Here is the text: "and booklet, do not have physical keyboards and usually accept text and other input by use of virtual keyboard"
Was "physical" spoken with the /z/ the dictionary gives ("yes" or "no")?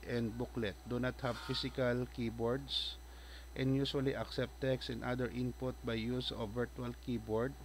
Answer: no